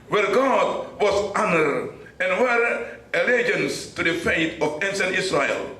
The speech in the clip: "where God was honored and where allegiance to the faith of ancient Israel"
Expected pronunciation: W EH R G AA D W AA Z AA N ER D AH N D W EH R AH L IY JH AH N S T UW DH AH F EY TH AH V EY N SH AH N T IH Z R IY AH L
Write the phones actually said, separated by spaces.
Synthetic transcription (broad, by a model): W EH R G AA D W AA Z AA N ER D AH N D W EH R AH L IY JH AH N S T UW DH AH F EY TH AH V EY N S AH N IH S R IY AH L